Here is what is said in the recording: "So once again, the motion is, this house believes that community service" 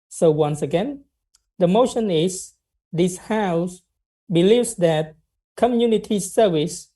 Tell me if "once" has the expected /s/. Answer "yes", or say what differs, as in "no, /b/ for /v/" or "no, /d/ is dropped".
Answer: yes